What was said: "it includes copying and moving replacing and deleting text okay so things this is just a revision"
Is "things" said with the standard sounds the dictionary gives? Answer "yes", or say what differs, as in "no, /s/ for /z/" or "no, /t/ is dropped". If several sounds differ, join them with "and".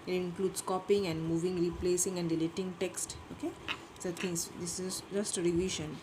no, /t/ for /θ/